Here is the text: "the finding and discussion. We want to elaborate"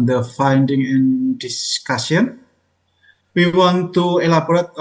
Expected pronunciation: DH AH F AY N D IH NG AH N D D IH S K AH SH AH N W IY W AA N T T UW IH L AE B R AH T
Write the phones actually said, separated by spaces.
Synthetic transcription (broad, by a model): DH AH F AY N D IH NG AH N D D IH S K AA S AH N W IY W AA N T T UW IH L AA B R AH T